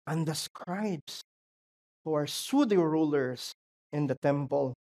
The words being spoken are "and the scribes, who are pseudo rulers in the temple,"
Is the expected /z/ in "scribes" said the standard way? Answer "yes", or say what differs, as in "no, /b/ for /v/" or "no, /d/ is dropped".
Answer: no, /s/ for /z/